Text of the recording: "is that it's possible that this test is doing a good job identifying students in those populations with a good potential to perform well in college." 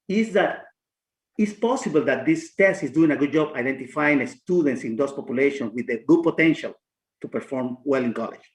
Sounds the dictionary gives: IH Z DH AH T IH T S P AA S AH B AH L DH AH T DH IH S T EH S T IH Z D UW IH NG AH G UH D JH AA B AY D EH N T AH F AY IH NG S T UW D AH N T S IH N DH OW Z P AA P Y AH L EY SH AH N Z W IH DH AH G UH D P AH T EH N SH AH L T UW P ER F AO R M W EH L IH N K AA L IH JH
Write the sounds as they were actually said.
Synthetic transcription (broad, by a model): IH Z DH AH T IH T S P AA S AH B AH L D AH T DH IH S T EH S T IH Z D UW IH NG AH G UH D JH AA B AY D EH N T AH F AY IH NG S T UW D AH N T S IH N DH OW S P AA P Y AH L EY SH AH N W IH DH AH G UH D P AH T EH N SH AH L T UW P ER F AO R M W EH L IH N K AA L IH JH